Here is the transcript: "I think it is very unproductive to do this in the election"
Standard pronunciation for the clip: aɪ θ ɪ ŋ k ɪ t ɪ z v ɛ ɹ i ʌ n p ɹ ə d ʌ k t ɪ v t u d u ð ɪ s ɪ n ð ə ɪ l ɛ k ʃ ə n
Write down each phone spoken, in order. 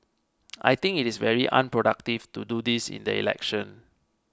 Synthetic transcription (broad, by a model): aɪ t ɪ ŋ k ɪ t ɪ s v ɛ ɹ i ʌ n p ɹ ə d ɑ k t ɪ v t u d u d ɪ s ɪ n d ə ɪ l ɛ k ʃ ə n